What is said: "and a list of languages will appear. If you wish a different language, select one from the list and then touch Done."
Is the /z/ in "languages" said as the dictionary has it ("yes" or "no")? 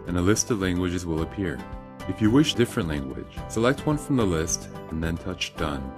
yes